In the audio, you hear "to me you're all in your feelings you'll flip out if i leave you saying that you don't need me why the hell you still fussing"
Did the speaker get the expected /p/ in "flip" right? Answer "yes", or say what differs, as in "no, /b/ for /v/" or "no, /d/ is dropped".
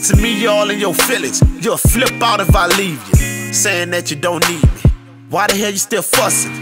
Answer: yes